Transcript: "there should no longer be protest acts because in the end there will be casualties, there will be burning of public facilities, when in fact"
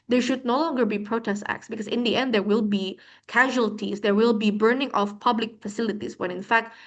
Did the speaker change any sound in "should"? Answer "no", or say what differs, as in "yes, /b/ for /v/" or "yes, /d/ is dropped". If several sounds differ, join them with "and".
no